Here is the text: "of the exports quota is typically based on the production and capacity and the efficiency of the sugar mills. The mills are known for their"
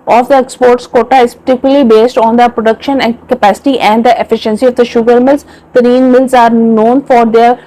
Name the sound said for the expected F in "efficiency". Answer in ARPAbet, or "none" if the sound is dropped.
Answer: F